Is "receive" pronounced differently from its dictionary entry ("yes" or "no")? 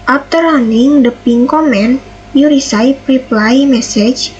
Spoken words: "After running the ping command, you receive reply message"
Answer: yes